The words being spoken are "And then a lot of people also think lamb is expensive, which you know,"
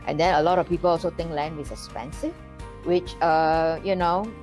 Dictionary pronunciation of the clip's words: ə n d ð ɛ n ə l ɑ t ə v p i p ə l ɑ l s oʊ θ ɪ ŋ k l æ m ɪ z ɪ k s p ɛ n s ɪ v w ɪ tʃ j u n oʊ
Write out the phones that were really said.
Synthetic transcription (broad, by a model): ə n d ɛ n ə l ɑ t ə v p i p ə l ɑ l s oʊ t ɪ ŋ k l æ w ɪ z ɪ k s p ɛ n s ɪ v w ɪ tʃ j u n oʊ